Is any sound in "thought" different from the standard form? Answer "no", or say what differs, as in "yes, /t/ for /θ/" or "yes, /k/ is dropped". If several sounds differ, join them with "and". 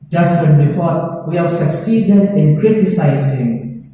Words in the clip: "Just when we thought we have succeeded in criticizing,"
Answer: yes, /f/ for /θ/